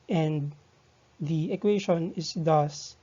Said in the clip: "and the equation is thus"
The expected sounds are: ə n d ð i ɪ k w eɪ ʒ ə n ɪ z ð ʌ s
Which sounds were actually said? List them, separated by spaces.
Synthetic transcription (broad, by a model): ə n d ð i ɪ k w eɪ ʃ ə n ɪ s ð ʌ s